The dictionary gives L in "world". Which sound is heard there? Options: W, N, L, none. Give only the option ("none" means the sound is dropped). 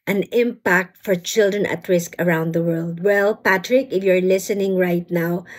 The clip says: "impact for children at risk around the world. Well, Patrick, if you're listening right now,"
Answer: L